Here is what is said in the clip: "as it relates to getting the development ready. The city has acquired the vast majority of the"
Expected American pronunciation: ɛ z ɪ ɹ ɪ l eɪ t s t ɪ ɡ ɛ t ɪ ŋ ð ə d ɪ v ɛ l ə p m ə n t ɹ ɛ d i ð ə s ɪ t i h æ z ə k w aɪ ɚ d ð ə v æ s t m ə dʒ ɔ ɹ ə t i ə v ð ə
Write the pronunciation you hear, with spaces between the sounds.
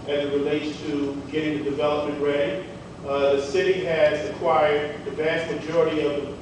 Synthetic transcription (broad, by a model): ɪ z ɪ ɹ ɪ l eɪ t s t ɪ ɡ ɛ t ɪ ŋ ð ə d ɪ v ɛ l ə p m ə n t ɹ ɛ d i ð ə s ɪ t i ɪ z ə k w aɪ ɚ d ð ə v æ s t m ə dʒ ɔ ɹ ə t i ə v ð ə